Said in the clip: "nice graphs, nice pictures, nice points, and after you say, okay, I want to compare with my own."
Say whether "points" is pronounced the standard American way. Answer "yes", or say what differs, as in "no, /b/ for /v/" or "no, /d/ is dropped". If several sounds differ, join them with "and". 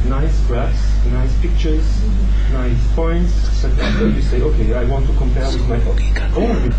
no, /s/ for /t/